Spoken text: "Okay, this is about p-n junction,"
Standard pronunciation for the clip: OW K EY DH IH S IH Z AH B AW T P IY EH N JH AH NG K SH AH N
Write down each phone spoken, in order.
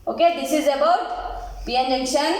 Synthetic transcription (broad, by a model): OW K EY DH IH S IH Z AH B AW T B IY EH N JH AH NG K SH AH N